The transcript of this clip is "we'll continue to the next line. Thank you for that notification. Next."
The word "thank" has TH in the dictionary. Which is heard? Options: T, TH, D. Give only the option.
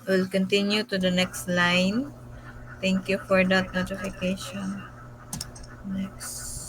T